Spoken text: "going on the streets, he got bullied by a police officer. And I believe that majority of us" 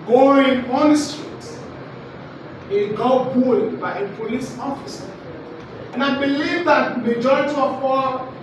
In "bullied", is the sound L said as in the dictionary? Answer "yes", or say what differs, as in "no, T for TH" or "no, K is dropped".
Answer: no, L is dropped